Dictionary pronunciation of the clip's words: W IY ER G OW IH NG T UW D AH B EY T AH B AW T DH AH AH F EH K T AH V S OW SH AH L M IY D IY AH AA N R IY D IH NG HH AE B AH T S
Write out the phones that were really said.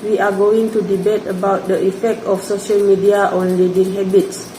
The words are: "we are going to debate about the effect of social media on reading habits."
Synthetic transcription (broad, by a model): W IY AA G OW IH NG T UW D AH B EY T AH B AW T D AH AH F EH K T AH F S OW SH AH L M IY D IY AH AA N L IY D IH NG HH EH B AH T S